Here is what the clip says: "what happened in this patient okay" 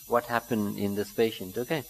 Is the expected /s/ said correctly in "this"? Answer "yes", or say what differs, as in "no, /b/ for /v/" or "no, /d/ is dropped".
yes